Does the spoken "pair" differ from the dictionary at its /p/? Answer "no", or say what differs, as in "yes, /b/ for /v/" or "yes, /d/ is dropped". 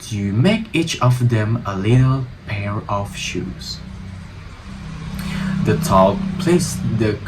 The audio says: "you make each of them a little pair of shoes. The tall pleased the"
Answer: no